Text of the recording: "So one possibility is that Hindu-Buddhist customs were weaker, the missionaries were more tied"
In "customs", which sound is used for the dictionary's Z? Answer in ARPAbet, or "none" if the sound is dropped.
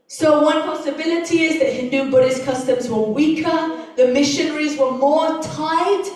Z